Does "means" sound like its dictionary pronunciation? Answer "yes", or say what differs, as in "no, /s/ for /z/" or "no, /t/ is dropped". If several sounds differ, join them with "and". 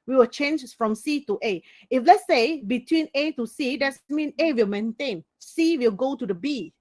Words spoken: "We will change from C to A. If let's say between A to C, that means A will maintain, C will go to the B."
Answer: no, /z/ is dropped